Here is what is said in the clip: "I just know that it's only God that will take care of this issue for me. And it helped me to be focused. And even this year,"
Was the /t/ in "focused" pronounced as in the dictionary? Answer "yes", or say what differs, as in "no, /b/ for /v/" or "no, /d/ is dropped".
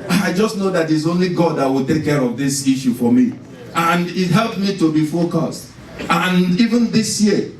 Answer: yes